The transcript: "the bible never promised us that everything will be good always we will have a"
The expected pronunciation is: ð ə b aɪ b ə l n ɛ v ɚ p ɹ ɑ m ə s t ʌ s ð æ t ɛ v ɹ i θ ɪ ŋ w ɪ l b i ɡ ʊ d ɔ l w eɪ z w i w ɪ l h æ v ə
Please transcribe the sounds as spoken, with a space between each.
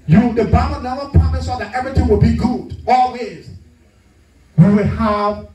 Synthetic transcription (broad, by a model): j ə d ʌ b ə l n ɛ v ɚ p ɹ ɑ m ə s ɔ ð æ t ɛ v ɹ i θ ɪ ŋ w ɪ l b i ɡ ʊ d ɔ l w eɪ z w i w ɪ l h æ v